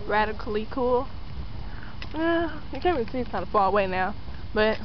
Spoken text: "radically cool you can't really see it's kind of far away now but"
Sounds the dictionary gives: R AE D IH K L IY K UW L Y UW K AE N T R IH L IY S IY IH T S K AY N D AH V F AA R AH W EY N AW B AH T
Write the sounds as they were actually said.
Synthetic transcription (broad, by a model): R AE D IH K L IY K UW L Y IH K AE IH IY S IY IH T K AY N D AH F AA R AH W EY N AW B AH T